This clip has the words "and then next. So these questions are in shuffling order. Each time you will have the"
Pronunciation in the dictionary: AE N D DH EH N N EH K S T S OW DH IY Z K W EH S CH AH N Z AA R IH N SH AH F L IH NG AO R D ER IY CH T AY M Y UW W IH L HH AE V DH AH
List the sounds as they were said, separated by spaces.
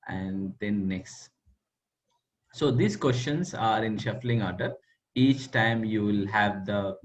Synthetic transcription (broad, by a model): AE N D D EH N N EH K S T S OW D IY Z K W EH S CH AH N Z AA R IH N SH AH F L IH NG AO R D ER IY CH T AY M Y UW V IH L HH AE V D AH